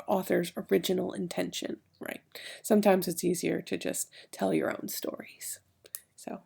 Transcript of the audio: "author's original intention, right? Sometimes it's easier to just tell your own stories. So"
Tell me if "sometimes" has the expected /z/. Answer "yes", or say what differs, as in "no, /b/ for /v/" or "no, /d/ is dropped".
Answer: yes